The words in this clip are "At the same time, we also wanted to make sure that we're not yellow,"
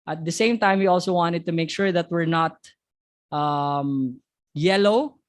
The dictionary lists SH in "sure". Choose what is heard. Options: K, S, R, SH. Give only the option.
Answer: SH